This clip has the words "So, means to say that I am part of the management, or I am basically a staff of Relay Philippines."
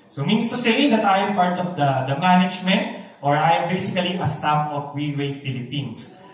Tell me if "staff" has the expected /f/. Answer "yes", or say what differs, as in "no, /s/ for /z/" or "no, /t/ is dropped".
no, /p/ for /f/